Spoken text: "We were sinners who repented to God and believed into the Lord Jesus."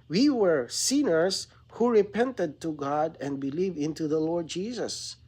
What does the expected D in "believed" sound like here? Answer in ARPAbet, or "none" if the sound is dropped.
none